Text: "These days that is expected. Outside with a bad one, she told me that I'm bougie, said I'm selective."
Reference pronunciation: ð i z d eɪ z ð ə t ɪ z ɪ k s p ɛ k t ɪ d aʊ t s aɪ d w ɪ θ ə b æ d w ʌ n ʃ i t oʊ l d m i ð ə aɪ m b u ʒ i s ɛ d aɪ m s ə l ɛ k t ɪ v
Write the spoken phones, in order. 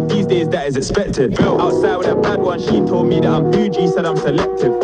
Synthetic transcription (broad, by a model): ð i z d eɪ z ð ə t ɪ z ɪ k s p ɛ k t ɪ d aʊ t s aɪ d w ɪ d ə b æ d w ʌ n ʃ i t oʊ l d m i ð ə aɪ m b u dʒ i s ɛ d aɪ m s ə l ɛ k t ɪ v